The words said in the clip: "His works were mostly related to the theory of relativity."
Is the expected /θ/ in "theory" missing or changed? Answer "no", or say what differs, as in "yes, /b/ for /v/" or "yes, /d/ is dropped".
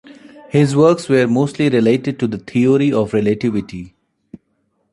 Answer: yes, /t/ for /θ/